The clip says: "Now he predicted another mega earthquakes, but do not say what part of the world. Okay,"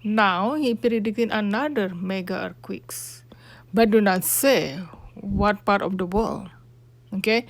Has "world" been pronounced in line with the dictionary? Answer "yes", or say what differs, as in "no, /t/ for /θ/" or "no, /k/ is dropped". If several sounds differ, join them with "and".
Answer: no, /d/ is dropped